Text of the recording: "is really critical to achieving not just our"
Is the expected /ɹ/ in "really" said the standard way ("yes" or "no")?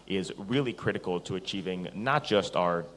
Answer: yes